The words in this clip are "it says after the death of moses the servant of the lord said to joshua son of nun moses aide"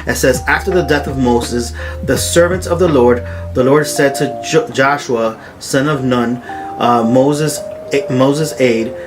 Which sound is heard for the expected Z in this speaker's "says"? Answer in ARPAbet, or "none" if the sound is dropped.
Z